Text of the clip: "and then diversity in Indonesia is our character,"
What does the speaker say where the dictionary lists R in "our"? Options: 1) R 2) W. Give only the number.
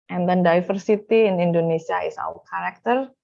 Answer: 2